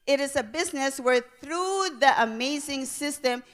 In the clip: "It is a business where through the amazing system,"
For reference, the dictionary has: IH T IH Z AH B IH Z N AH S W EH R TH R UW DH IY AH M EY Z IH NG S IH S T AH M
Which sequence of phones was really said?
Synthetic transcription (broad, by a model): IH T IH Z AH B IH Z N AH S W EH R TH R UW DH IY AH M EY Z IH NG S IH S T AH M